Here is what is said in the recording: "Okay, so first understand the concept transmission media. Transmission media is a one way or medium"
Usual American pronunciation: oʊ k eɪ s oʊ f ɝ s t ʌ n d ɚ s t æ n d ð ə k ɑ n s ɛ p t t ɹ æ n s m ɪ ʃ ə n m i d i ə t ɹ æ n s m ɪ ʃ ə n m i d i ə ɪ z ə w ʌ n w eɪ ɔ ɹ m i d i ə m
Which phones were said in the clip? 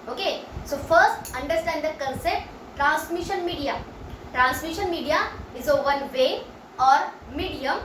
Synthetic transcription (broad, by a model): oʊ k eɪ s oʊ f ɝ s t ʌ n d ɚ s t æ n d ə k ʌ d s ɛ t t ɹ æ n s m ɪ ʃ ə n m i d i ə t ɹ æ n s m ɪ ʃ ə n m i d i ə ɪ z ə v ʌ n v eɪ ɔ ɹ m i d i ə m